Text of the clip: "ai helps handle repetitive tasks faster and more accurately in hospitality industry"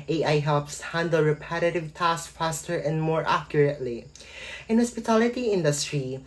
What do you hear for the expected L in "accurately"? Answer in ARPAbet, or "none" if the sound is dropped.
L